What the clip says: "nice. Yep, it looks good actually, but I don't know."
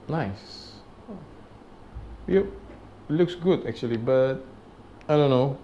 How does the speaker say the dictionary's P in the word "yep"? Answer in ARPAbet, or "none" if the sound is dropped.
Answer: none